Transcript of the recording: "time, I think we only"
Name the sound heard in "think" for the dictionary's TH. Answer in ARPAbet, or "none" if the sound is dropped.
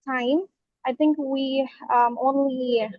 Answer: TH